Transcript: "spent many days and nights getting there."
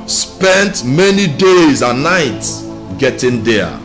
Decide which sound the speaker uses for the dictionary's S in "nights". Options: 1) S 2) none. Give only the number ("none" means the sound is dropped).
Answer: 1